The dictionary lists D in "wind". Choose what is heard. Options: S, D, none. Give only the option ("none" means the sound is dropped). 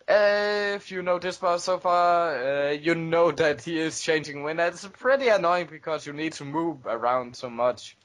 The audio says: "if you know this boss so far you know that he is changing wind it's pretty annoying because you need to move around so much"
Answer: none